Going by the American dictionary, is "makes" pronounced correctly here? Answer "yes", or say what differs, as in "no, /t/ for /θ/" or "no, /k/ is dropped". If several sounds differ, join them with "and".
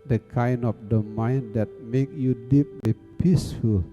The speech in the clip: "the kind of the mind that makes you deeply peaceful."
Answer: no, /s/ is dropped